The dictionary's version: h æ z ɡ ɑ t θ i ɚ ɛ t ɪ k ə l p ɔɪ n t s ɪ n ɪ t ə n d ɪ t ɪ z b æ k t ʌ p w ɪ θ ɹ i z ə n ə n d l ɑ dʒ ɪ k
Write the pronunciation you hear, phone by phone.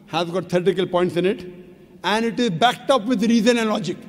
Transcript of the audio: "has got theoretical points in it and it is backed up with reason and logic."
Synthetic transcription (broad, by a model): h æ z ɡ ɑ t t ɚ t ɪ k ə l p ɔɪ n t s ɪ n ɪ t ə n d ɪ t ɪ z b æ k t ʌ p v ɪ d ɹ i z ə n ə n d l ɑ dʒ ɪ k